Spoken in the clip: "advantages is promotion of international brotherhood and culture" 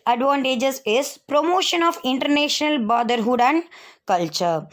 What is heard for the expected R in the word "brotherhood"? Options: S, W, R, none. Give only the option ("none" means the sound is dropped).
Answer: none